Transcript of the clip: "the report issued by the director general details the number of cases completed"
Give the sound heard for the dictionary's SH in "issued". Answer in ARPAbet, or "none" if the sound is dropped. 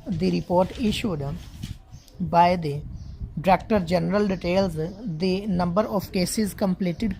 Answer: SH